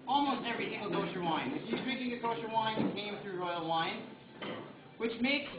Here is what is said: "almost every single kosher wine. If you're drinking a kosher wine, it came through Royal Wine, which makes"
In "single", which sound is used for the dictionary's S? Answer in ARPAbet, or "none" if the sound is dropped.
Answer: TH